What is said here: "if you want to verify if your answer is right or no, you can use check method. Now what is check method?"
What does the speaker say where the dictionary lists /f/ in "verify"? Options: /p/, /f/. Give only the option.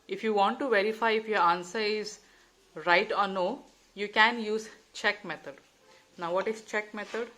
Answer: /f/